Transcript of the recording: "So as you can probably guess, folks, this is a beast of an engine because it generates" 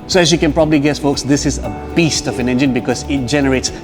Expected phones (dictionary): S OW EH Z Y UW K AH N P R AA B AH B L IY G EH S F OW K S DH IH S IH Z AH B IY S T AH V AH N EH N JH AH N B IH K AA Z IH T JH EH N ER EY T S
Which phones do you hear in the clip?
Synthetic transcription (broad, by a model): S OW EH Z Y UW K AH N P R AA B AH B L IY G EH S F OW K S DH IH S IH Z AH B IY S T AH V AH N EH N JH AH N B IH K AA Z IH T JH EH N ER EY T S